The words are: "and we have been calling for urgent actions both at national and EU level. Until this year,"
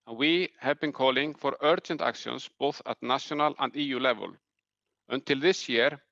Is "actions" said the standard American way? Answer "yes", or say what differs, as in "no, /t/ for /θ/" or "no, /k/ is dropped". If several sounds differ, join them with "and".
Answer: no, /s/ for /ʃ/ and /s/ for /z/